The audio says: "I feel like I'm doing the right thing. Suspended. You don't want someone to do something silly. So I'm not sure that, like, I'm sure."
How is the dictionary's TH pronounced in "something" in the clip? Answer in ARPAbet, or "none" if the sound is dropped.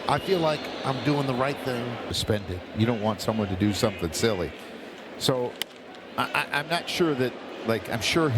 TH